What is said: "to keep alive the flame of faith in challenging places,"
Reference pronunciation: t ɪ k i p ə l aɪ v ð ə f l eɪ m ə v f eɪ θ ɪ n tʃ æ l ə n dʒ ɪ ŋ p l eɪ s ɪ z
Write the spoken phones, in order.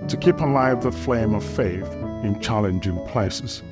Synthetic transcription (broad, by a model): t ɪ k i p ə l aɪ v ð ə f l eɪ m ə v f eɪ θ ɪ n tʃ æ l ə n dʒ ɪ ŋ p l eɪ s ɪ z